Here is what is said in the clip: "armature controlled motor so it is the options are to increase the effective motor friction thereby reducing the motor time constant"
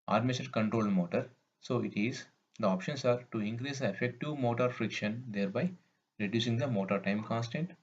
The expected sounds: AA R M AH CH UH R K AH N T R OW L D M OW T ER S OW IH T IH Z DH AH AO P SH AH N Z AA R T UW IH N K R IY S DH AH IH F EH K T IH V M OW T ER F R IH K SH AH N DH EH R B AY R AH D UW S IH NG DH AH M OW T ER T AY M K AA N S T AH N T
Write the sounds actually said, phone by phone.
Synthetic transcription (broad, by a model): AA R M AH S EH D K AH N T R OW L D M OW T ER S OW IH T IH Z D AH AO P SH AH N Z AA R T UW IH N K R IY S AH IH F EH K T IH V M OW T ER F R IH K SH AH N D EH R B AY R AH D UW S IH NG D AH M OW T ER T AY M K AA N S T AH N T